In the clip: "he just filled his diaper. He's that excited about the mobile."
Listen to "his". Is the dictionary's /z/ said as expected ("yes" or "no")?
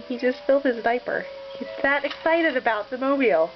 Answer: yes